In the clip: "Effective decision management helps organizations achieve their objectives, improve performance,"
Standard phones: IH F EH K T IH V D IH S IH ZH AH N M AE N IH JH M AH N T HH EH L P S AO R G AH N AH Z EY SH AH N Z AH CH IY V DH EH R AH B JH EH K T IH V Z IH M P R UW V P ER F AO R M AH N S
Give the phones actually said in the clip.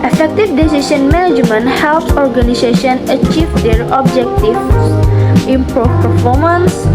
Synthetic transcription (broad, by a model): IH F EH K T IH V D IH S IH SH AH N M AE N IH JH M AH N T HH EH L P S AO R G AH N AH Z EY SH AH N AH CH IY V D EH R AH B JH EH K T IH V S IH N P AH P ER F AO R M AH N S